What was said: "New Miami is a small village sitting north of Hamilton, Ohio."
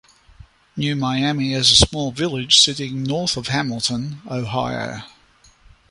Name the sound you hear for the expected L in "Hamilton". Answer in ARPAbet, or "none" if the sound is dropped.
L